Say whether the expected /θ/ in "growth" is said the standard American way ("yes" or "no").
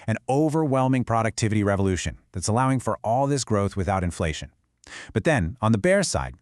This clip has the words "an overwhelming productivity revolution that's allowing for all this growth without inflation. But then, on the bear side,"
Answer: yes